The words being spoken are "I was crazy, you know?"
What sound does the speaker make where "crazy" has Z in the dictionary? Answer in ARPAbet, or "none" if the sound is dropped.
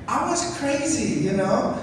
Z